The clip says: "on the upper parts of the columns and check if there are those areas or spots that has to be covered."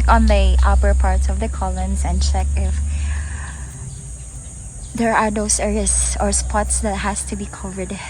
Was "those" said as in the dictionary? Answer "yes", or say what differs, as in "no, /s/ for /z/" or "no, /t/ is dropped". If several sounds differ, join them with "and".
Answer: no, /s/ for /z/